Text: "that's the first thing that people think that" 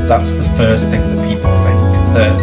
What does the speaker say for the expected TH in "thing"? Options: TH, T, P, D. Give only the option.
TH